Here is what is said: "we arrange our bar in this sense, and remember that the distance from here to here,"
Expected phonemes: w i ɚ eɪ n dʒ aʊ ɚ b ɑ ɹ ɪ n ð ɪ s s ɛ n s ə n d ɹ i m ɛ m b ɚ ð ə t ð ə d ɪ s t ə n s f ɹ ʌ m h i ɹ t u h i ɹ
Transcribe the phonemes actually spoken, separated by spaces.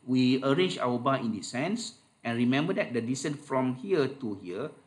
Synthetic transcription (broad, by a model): w i ɚ eɪ n dʒ aʊ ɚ b ɑ ɪ n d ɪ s s ɛ n s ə n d ɹ i m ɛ m b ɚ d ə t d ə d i s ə n f ɹ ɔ m h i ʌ t u h i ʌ